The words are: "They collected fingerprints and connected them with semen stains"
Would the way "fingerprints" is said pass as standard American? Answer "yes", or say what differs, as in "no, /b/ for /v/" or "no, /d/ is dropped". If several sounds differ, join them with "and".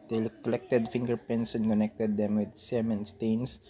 no, /ɹ/ is dropped